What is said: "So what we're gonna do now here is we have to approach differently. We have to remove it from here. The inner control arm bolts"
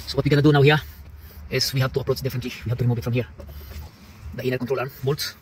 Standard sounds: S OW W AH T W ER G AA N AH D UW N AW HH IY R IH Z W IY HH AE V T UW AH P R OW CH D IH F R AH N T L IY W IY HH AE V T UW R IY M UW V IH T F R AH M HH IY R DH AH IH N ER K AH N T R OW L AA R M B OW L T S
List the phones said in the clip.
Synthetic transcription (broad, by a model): S OW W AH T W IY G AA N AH D UW N AW HH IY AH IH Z W IY HH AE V T UW AH P R OW CH D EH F AH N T L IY W IY HH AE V T UW R IY M UW V IH T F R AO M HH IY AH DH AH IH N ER K AH N T R OW L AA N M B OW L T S